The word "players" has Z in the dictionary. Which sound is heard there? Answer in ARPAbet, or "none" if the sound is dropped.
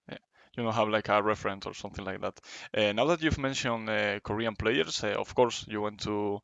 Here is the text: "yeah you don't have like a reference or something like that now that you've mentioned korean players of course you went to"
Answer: S